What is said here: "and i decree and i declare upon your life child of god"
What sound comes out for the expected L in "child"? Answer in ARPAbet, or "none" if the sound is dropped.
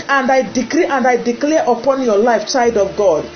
none